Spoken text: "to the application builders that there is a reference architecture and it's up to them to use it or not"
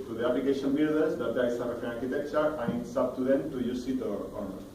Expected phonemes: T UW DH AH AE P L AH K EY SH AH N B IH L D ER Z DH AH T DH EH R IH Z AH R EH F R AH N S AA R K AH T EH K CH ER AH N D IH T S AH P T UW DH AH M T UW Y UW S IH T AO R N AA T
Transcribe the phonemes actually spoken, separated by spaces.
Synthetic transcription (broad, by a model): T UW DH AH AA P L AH K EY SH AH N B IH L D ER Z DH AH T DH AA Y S AH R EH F AH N AA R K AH T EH K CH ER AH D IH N S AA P T UW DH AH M T UW Y UW S IH T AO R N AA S